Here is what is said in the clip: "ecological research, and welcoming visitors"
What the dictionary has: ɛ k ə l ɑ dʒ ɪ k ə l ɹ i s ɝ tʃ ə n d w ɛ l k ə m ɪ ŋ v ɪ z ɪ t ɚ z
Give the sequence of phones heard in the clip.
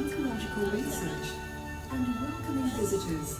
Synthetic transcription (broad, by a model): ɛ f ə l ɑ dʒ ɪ k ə l ɹ i s ɝ tʃ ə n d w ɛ k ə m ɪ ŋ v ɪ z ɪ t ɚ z